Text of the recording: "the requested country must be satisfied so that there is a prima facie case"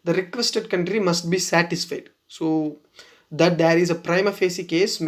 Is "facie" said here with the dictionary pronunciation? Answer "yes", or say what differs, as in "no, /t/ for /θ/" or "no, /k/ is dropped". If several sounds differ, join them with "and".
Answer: yes